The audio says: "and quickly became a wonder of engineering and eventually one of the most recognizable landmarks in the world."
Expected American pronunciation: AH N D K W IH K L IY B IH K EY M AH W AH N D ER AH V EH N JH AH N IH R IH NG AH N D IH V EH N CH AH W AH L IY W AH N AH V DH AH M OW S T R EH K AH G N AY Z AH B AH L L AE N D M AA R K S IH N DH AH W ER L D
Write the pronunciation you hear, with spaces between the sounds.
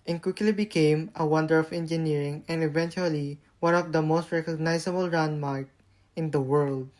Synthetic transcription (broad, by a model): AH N K W IH K L IY B IH K EY M AH W AH N D ER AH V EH N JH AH N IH R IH NG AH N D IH V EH N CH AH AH L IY W AH N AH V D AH M OW S T R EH K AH G N AY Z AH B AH L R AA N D M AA R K IH N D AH W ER L D